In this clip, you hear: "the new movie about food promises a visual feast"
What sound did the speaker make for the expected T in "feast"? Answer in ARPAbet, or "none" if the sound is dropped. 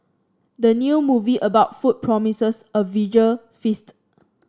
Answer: T